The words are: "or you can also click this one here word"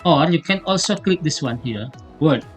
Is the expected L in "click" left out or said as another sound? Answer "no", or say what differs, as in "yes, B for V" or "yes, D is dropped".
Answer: no